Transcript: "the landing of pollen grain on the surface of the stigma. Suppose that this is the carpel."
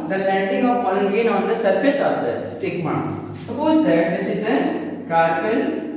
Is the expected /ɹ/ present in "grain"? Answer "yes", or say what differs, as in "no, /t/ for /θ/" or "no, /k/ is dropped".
no, /ɹ/ is dropped